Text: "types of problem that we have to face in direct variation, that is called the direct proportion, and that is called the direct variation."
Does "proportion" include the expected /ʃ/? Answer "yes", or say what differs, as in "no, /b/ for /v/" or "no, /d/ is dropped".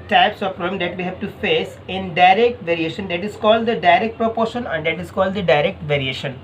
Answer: yes